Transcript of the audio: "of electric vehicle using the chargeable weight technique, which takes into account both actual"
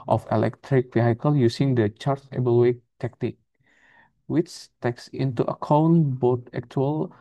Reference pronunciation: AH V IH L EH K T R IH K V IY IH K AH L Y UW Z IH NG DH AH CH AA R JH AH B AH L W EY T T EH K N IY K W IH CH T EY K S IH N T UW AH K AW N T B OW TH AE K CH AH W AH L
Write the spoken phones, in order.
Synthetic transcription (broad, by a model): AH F IH L EH K T R IH K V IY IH K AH L Y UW S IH NG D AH CH AA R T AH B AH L W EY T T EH K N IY K W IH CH T EY K S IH N T UW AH K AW N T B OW T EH K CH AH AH L